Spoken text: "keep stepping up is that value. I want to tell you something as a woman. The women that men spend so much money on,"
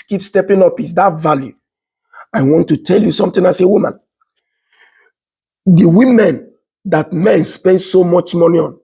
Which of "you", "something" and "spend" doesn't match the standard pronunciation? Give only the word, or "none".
something